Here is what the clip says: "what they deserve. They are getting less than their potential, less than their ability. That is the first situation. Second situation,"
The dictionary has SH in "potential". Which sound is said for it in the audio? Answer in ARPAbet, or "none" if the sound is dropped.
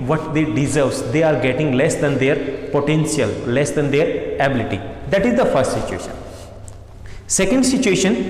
S